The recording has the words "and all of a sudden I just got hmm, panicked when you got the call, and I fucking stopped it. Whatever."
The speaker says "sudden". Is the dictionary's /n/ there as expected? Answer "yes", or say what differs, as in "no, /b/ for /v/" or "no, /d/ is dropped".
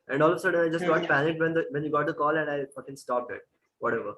no, /n/ is dropped